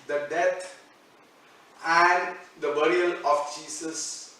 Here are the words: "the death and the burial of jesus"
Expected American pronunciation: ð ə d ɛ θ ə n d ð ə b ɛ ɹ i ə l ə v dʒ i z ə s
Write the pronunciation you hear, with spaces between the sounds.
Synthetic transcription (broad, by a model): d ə d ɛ t ə n d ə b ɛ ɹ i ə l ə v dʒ i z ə s